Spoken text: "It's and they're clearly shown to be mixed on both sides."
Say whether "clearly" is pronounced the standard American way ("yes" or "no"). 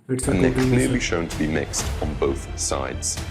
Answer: no